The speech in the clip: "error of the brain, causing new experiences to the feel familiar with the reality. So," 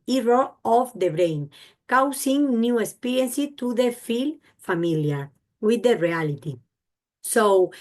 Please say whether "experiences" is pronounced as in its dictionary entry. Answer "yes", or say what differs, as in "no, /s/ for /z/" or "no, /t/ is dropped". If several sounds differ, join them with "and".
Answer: no, /z/ is dropped